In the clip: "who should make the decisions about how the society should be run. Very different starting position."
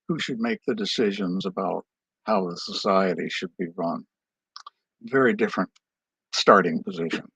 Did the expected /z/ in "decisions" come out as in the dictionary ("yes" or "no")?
yes